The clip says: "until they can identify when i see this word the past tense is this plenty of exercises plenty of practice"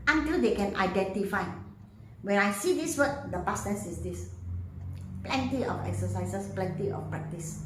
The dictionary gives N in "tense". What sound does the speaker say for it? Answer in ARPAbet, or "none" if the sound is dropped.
none